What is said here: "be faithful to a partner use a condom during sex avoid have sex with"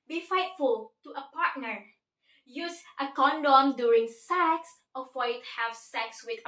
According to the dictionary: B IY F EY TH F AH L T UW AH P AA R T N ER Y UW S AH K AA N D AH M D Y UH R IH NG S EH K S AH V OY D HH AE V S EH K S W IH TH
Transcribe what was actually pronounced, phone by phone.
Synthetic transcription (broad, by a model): B IY F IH T F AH L T UW AH P AA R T N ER Y UW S AH K AA N D AH M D Y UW R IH NG S EH K S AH F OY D HH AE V S EH K S W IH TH